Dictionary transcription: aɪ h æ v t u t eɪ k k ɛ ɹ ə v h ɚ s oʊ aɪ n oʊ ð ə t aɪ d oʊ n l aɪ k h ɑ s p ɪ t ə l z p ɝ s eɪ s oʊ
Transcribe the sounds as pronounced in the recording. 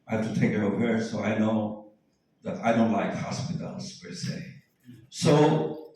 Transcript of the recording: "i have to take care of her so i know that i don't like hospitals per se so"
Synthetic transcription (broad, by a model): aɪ h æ f t u t eɪ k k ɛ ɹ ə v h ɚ s oʊ aɪ n oʊ ð ə t aɪ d oʊ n l aɪ k h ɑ s p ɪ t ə l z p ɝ s eɪ s oʊ